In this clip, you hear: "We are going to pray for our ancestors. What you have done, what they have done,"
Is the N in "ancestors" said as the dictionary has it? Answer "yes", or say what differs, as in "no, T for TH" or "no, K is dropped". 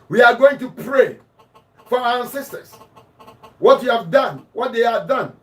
no, N is dropped